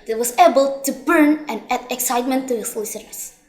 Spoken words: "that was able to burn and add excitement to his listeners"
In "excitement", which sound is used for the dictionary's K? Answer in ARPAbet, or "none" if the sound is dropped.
K